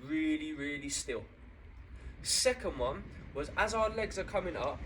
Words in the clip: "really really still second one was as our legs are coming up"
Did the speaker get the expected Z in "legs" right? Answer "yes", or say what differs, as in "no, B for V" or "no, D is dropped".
yes